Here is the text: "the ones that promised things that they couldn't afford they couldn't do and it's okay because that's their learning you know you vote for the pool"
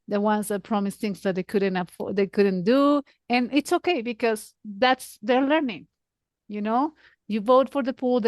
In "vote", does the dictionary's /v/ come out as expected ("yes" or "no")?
yes